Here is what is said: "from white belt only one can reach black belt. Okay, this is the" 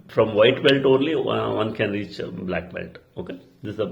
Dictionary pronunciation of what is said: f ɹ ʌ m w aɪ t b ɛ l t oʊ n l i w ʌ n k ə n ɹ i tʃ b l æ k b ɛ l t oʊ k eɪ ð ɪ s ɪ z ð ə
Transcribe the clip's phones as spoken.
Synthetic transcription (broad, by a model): f ɹ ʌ m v aɪ t b ɛ l t oʊ n l i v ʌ n k ə n ɹ i tʃ b l æ k b ɛ l t oʊ k eɪ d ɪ s ɪ z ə